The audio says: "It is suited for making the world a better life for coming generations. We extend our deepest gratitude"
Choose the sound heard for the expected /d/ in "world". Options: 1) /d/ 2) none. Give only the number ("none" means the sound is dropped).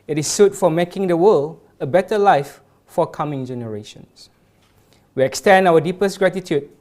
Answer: 2